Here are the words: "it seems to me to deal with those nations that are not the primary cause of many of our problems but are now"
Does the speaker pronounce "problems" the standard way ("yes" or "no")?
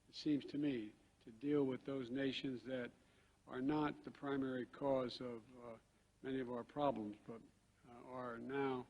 yes